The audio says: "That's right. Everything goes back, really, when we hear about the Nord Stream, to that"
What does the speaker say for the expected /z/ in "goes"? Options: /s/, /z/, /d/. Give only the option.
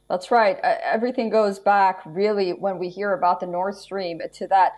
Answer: /z/